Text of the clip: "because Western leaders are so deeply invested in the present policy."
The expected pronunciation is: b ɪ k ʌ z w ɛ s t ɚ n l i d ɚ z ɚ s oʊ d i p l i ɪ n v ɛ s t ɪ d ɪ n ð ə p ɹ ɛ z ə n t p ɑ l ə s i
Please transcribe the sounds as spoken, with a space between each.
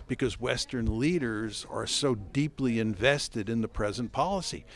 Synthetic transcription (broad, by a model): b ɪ k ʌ z w ɛ s t ɚ n l i d ɚ z ɚ s oʊ d i p l i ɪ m v ɛ s t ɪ d ɪ n ð ə p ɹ ɛ z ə n p ɑ l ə s i